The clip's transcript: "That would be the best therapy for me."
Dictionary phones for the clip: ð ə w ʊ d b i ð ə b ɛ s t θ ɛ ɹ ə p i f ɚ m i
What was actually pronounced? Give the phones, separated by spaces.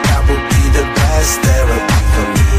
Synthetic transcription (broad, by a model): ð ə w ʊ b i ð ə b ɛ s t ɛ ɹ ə i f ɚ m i